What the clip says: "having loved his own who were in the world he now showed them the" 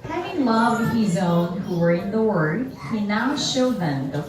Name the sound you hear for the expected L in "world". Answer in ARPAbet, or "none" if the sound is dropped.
none